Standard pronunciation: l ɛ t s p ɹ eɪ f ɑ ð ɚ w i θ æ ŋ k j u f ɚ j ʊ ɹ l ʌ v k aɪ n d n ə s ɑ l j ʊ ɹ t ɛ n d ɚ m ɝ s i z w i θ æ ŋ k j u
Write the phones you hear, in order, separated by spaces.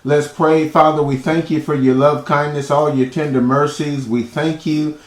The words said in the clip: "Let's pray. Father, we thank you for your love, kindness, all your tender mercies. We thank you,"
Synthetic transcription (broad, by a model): l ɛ t s p ɹ eɪ f ɑ ð ɚ w i θ æ ŋ k j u f ɚ j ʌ ɹ l ʌ v k aɪ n n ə s ɑ l j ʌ ɹ t ɛ n d ɚ m ɝ s i z w i θ æ ŋ k j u